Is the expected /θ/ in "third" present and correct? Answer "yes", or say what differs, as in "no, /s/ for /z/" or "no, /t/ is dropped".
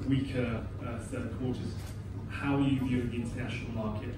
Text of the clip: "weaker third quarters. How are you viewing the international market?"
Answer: no, /s/ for /θ/